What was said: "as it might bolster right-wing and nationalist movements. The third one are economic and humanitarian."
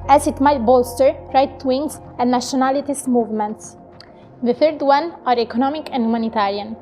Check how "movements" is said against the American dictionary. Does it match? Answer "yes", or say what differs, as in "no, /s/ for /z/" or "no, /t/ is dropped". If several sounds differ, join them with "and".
yes